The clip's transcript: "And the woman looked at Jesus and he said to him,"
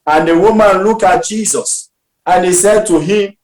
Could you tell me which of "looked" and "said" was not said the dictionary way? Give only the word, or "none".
looked